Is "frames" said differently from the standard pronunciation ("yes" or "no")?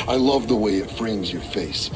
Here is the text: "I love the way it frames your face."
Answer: no